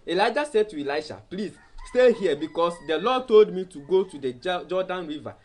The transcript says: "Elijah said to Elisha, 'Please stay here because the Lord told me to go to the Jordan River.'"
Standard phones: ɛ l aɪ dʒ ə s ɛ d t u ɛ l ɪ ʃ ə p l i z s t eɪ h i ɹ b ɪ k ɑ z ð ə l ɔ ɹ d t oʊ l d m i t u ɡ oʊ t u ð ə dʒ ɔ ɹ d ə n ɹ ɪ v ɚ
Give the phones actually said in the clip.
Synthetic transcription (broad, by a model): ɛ l aɪ dʒ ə s ɛ d t u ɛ l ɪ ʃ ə p l i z s t eɪ h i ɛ b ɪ k ɑ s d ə l ɔ d t oʊ l d m i t u ɡ oʊ t u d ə dʒ ɔ d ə n ɹ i v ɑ